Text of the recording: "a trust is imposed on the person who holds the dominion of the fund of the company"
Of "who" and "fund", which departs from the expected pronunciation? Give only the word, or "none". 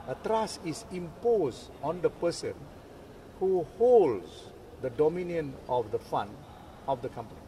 fund